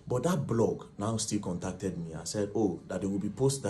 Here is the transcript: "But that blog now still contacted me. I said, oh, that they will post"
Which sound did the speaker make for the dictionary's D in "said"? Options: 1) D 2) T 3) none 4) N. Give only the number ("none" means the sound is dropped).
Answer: 1